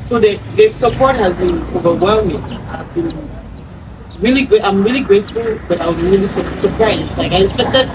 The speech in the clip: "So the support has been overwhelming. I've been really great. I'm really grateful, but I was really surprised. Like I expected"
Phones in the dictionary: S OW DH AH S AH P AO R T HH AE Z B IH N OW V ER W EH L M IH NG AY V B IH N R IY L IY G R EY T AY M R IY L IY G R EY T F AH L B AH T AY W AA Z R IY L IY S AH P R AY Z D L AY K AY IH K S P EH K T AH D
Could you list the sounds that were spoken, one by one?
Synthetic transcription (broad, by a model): S OW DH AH S AH P AO R T HH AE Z B IH N OW V ER W EH L M IH NG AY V B IH N R IY L IY G R EY T AY M R IY L IY G R EY T F AH L B AH T AY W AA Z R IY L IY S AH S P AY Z L AY K AY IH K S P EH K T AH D